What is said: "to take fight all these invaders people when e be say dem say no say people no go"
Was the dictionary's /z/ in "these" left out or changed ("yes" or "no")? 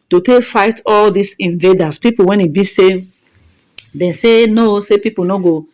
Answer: yes